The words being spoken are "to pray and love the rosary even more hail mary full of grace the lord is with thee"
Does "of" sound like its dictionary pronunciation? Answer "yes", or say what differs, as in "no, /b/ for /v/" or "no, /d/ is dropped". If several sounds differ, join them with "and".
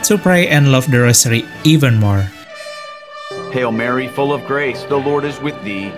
yes